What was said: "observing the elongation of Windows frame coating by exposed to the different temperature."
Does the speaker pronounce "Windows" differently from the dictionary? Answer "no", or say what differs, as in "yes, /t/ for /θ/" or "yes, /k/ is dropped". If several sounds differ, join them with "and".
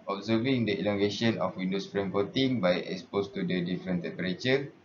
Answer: yes, /s/ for /z/